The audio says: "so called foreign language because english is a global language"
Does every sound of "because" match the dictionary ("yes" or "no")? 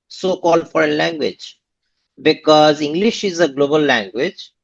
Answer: yes